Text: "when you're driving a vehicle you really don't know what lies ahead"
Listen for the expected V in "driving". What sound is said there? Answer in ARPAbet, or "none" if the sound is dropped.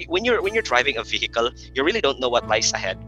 V